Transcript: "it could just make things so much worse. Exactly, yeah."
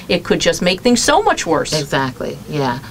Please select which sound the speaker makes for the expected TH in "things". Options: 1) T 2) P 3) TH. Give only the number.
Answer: 3